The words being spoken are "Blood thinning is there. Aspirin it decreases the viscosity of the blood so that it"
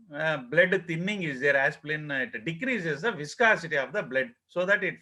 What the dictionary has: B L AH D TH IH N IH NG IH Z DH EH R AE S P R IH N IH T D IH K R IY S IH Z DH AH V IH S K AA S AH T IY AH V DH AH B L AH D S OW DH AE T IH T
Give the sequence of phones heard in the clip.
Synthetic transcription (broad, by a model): B L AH D T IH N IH NG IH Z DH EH R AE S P L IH N IH T D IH K R IY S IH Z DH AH V IH S K AA S AH T IY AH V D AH B L AH D S OW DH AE T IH T